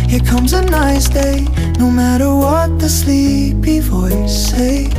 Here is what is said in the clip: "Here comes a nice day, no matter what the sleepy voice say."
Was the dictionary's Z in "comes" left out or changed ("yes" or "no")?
no